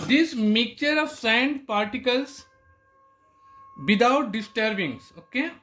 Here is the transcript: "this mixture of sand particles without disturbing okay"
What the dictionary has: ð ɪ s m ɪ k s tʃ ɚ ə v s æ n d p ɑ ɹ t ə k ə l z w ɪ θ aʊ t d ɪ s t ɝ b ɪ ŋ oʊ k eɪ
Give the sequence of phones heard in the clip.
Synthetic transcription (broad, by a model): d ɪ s m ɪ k tʃ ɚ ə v s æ n d p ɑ ɹ t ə k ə l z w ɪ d aʊ t d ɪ s t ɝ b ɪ ŋ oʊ k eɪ